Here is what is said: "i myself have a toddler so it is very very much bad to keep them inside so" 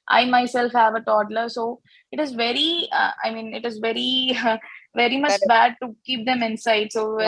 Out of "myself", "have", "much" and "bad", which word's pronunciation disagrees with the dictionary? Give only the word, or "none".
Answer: none